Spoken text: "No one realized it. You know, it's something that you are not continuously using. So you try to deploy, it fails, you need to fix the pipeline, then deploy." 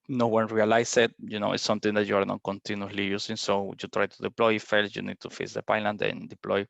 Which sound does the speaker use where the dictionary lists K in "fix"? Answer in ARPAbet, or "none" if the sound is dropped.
none